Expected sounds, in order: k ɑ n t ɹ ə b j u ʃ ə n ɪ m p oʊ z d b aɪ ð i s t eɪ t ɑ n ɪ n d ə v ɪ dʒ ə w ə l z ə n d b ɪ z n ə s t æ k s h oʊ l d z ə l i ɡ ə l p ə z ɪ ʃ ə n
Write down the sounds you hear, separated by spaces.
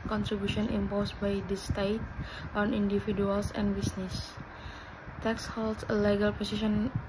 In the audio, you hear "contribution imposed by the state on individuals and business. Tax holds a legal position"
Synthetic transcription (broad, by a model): k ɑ n t ɹ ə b j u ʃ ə n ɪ m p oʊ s b aɪ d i s t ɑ t ɑ n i n d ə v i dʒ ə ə l s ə n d b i s n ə s t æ k s h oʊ l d s ə l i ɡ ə l p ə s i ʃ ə n